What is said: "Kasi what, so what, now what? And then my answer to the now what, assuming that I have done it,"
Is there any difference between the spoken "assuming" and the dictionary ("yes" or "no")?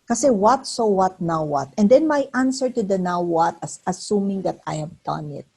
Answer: no